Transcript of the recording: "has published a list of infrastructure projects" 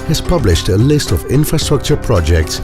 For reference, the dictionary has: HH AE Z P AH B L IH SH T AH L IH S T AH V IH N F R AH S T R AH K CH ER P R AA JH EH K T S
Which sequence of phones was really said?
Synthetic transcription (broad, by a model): HH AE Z P AH B L IH SH T AH L IH S T AH V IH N F R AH S T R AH K CH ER P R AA JH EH K T S